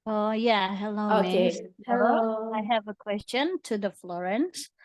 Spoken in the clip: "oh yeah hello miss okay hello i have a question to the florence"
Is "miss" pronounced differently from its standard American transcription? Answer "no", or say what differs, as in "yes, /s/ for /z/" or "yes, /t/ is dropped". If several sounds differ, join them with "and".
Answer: yes, /s/ is dropped